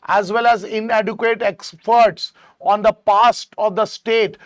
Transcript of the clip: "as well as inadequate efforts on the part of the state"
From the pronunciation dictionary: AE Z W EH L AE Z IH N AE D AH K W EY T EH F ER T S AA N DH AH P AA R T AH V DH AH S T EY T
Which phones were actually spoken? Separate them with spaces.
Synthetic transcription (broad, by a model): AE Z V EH L AE Z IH N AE D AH K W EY T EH P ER T S AA N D AH P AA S T AH V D AH S T EY T